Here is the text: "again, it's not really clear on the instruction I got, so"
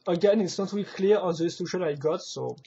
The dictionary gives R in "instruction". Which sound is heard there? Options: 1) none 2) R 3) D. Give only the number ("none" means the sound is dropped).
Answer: 1